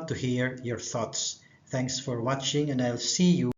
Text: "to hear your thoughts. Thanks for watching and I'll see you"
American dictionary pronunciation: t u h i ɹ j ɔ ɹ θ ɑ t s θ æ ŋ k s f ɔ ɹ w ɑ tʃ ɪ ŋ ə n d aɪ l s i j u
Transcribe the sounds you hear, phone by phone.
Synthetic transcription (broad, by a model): t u h i ɹ j ɔ ɹ θ ɑ t s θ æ ŋ k s f ɔ ɹ w ɑ tʃ ɪ ŋ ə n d aɪ l s i j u